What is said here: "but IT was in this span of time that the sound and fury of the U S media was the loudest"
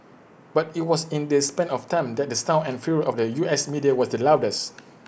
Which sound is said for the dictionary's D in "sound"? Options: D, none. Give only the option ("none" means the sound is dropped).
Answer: none